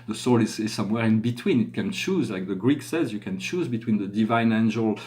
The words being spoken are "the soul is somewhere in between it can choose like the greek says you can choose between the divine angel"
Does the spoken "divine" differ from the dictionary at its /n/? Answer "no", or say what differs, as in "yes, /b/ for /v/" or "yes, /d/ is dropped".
no